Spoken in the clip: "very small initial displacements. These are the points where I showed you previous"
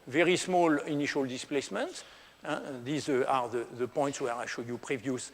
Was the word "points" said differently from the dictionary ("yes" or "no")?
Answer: no